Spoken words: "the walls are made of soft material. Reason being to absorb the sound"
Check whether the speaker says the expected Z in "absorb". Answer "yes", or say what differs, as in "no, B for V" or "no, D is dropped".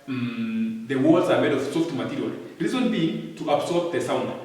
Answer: no, S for Z